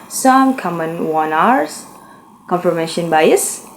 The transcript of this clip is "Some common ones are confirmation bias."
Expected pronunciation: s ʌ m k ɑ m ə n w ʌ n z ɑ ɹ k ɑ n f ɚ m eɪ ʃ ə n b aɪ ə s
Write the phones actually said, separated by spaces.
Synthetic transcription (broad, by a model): s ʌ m k ɑ m ə n w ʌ n ɑ ɹ k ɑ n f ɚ m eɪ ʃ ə n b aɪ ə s